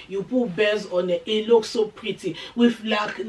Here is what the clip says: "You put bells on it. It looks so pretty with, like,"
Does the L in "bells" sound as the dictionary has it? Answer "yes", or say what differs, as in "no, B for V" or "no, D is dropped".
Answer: no, L is dropped